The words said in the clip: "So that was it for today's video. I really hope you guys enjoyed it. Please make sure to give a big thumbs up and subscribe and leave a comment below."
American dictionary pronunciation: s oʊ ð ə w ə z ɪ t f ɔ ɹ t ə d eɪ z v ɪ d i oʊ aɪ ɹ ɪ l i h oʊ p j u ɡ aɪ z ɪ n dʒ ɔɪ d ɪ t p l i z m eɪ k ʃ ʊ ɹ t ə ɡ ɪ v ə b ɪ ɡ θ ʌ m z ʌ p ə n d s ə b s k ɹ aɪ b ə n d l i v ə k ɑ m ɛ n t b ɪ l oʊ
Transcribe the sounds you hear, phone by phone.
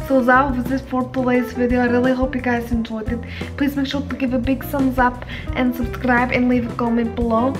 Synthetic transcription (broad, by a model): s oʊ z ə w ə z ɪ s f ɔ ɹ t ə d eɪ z v ɪ d i oʊ aɪ ɹ ɪ l i h oʊ p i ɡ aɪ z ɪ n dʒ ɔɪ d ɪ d p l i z m eɪ k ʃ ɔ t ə ɡ ɪ v ə b ɪ ɡ s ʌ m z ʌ p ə n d s ə b s k ɹ aɪ b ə n l i v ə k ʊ m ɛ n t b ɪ l oʊ